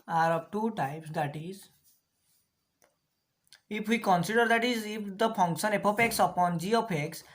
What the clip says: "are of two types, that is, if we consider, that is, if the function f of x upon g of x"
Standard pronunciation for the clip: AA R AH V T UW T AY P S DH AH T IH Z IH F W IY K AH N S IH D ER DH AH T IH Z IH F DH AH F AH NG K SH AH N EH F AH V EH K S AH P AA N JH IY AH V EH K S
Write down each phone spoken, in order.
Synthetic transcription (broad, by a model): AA R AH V T UW T AY P S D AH T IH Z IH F W IY K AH N S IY D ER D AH T IH Z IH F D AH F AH NG K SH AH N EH P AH P EH K S AH P AA N JH IY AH P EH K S